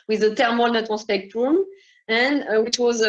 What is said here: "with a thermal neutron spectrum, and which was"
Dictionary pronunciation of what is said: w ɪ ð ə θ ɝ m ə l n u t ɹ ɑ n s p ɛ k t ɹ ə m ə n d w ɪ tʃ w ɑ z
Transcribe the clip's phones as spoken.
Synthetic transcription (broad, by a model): w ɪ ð ə t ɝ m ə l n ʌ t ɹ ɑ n s p ɛ k t ɹ ə m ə n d w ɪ tʃ w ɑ z